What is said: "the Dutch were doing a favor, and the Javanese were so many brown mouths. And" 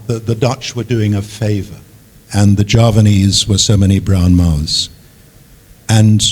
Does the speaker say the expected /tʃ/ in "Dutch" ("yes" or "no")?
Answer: yes